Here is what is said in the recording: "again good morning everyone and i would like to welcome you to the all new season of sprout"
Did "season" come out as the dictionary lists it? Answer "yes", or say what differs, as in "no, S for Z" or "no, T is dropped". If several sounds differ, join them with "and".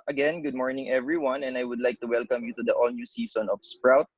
no, S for Z